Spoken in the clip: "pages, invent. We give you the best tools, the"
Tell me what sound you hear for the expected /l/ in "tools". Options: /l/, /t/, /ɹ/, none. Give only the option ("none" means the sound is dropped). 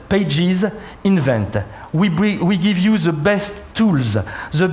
/l/